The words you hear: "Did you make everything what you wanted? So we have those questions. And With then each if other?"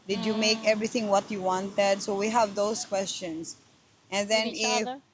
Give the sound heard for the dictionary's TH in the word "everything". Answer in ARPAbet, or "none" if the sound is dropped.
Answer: T